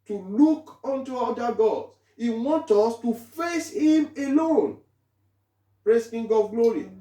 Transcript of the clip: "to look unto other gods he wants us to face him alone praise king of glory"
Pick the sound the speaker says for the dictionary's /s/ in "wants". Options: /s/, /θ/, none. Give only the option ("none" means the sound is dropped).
none